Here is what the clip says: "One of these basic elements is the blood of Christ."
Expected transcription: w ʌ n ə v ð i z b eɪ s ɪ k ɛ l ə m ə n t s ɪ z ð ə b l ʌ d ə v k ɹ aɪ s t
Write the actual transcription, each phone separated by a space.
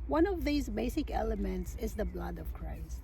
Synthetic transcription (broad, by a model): w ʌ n ə v ð i z b eɪ s ɪ k ɛ l ə m ə n t s ɪ z ð ə b l ʌ d ə v k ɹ aɪ s t